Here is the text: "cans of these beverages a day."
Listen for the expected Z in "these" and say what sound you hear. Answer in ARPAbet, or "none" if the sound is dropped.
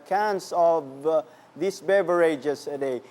S